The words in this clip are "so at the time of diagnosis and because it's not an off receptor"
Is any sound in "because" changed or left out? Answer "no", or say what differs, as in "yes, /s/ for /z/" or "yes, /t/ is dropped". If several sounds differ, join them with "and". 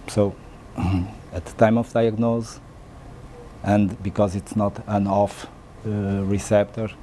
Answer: no